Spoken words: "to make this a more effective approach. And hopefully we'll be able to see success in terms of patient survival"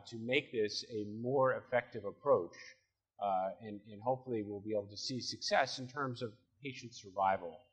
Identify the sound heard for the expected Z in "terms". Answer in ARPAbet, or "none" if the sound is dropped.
Z